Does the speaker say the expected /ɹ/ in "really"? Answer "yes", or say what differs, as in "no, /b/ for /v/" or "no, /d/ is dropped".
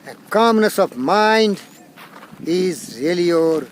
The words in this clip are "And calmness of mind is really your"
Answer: yes